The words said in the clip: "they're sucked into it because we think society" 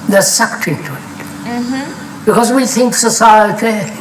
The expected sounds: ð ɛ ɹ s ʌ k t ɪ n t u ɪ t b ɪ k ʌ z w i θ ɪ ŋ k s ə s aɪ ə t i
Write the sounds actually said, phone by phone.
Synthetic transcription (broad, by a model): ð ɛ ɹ s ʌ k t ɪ t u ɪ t b ɪ k ʌ z w i θ ɪ ŋ k s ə s aɪ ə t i